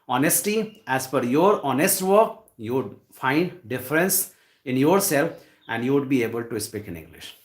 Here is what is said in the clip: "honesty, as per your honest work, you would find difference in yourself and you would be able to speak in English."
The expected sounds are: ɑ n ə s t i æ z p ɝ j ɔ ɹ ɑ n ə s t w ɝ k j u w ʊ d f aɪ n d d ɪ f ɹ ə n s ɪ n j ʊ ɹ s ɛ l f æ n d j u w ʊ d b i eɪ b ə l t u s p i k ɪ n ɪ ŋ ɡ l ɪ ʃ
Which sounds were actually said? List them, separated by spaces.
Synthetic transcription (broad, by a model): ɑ n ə s t i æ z f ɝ j ɔ ɹ ɑ n ə s t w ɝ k j u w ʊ d f aɪ n d d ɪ f ɹ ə n s ɪ n j ʊ ɹ s ɛ l f æ n d j u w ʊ d b i eɪ b ə l t u s p i k ɪ n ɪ ŋ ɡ l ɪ ʃ